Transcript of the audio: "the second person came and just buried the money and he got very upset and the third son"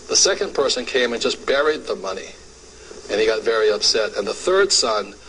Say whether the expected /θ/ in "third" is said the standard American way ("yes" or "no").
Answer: yes